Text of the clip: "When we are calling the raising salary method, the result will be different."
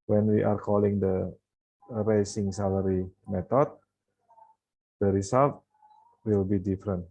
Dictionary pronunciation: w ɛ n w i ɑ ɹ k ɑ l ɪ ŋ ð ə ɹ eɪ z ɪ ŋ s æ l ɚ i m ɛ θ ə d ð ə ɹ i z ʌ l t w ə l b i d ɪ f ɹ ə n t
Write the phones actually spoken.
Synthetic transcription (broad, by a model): w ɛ n w i ɑ ɹ k ɑ l ɪ ŋ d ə ɹ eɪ s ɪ ŋ s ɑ l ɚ i m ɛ t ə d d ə ɹ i s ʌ l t w ə l b i d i f ɹ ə n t